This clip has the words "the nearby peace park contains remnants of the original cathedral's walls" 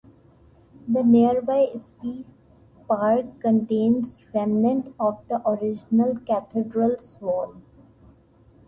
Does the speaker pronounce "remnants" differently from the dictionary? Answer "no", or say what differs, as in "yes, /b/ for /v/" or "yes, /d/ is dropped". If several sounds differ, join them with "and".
yes, /s/ is dropped